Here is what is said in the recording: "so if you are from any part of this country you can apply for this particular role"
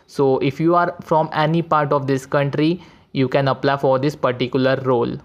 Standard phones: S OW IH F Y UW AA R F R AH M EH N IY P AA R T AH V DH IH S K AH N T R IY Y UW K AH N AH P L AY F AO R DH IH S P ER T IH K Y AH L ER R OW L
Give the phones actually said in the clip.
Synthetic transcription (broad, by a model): S OW IH F Y UW AA R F R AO M EH N IY P AA R T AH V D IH S K AH N T R IY Y UW K AH N AH P L AY F AO R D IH S P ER T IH K Y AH L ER R OW L